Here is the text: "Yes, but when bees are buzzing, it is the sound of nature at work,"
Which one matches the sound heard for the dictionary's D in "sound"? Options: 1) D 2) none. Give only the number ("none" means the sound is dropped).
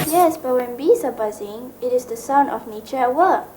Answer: 2